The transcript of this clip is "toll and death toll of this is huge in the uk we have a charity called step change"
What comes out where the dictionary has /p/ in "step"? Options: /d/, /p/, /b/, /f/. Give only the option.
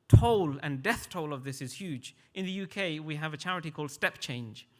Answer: /p/